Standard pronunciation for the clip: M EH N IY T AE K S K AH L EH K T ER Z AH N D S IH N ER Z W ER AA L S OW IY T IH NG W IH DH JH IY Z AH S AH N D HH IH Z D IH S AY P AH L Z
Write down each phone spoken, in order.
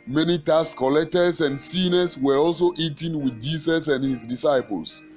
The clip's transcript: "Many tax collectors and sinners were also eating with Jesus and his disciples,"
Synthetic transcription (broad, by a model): M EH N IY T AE S K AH L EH K T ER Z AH N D S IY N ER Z W ER AA L S OW IY T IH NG W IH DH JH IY S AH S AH N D HH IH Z D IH S AY P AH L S